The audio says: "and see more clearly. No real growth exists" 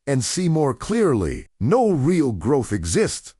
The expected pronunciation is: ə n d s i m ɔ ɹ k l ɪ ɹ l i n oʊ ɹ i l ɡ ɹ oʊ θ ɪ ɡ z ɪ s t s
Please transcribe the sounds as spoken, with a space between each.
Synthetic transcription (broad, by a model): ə n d s i m ɔ ɹ k l ɪ ɹ l i n oʊ ɹ i l ɡ ɹ oʊ θ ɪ ɡ z ɪ s t s